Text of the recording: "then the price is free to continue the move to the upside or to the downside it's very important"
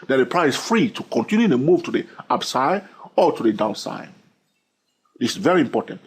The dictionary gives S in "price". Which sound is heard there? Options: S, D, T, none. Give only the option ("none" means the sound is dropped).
none